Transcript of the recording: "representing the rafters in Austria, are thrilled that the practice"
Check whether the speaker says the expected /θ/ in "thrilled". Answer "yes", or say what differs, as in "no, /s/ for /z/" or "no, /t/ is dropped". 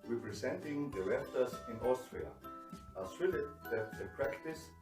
no, /s/ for /θ/